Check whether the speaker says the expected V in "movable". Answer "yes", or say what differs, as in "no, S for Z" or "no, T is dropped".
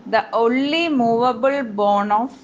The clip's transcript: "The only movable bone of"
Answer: yes